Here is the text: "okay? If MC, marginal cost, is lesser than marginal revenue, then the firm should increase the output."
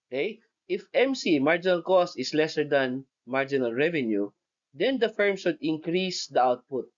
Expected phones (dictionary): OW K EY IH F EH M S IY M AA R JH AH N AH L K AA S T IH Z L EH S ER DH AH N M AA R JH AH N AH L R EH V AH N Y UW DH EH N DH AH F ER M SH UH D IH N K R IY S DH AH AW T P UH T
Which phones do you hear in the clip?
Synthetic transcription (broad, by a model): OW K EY IH F EH M S IY M AA R JH AH N AH L K AA S T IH S L EH S ER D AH N M AA R JH AH N AH L R EH V AH N Y UW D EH N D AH F ER M S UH D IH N K R IY S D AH AW T P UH T